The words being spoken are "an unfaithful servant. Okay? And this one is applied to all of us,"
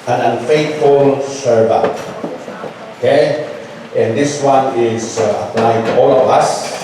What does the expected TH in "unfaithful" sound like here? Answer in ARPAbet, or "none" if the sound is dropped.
T